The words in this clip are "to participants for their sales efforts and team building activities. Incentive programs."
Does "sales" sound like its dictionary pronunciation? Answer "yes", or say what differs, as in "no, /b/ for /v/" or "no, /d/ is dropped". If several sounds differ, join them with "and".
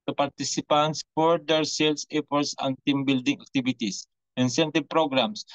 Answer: no, /s/ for /z/